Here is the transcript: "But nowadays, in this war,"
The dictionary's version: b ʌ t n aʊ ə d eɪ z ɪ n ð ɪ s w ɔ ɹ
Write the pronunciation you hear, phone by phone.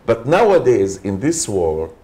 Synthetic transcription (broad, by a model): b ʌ t n aʊ ə d eɪ z ɪ n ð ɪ s w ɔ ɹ